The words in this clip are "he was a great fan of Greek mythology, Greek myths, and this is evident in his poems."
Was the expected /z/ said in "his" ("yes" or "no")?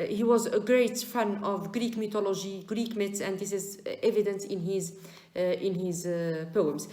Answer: yes